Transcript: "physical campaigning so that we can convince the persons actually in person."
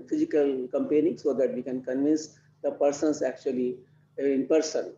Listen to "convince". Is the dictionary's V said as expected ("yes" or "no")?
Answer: yes